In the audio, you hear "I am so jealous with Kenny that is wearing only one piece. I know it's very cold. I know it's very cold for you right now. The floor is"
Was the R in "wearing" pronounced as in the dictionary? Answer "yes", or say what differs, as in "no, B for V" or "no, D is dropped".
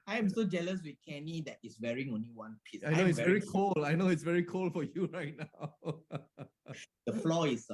yes